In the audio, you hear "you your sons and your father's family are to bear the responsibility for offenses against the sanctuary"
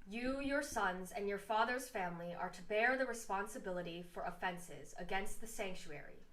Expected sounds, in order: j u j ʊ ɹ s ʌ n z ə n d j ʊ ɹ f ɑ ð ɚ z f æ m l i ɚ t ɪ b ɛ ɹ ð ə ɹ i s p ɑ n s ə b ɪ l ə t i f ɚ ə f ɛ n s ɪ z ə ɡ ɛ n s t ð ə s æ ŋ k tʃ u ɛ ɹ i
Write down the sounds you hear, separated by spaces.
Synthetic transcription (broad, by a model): j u j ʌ ɹ s ʌ n z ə n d j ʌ ɹ f ɑ ð ɚ z f æ m l i ɚ t ɪ b ɛ ɹ ð ə ɹ i s p ɑ n s ə b ɪ l ə t i f ɚ ə f ɛ n s ɪ z ə ɡ ɛ n s t ð ə s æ ŋ k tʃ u ɛ ɹ i